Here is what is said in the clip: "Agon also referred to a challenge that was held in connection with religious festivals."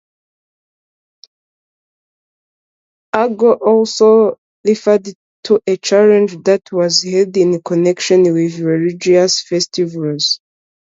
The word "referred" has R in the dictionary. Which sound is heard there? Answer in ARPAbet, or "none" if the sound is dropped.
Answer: L